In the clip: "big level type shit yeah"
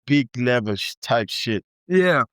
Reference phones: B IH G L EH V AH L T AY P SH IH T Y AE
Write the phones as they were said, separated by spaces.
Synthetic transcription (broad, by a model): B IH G L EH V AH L T AY P SH IH T Y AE